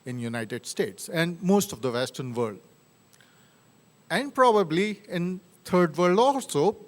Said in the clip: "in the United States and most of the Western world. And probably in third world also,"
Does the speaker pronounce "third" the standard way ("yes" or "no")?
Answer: no